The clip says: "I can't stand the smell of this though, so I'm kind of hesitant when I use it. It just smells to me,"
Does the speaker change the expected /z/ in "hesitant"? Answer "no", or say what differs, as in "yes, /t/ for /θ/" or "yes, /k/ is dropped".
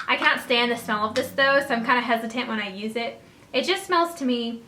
no